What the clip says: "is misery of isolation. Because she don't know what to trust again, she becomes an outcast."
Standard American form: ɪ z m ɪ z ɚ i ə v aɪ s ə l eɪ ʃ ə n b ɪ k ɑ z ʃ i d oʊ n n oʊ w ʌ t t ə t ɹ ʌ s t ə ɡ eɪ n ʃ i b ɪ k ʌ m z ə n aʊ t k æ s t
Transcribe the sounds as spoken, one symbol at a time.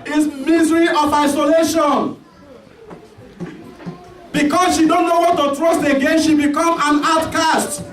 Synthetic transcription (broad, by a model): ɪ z m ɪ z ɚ i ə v aɪ s ə l eɪ ʃ ə n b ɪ k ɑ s ʃ i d oʊ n n oʊ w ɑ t t ə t ɹ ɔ s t ə ɡ eɪ n ʃ i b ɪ k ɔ m ə n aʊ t k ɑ s t